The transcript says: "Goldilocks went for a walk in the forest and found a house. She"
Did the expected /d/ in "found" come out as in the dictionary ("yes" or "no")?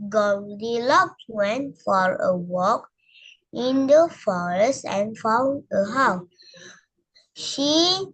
no